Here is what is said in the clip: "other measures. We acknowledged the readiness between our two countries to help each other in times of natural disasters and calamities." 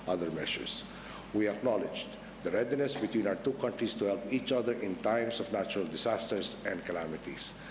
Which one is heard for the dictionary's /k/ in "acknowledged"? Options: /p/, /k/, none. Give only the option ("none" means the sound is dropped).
/k/